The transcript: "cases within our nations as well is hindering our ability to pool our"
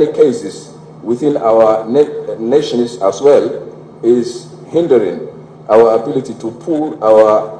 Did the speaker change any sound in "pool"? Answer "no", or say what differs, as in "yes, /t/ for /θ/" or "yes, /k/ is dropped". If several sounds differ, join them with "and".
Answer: no